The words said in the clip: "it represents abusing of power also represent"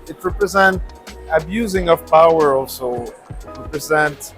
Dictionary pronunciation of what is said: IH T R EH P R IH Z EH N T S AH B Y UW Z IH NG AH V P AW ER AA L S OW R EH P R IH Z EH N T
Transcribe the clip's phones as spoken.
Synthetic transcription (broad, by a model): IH T R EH P R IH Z EH N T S AH B Y UW Z IH NG AH V P AW ER AA L S OW R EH P R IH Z EH N T